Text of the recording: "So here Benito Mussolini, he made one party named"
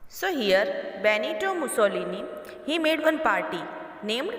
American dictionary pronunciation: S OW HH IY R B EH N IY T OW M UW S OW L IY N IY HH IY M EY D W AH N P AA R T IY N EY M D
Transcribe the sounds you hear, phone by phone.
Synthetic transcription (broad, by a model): S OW HH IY R B EH N IY T OW M UW S OW L IY N IY HH IY M EY D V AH N P AA R T IY N EY M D